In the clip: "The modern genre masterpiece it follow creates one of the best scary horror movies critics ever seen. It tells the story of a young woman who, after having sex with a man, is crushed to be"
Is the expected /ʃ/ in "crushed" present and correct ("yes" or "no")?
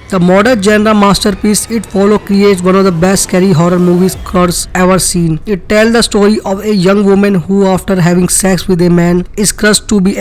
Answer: no